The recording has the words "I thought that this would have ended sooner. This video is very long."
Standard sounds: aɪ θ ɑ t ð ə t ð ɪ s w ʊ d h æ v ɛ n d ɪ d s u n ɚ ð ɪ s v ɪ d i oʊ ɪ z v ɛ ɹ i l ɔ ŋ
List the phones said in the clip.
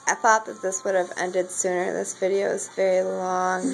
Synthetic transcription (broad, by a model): aɪ θ ɑ t ð ə t ð ɪ s w ʊ d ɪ v ɛ n d ɪ d s u n ɚ ð ɪ s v ɪ d i oʊ ɪ z v ɛ ɹ i l ɔ ŋ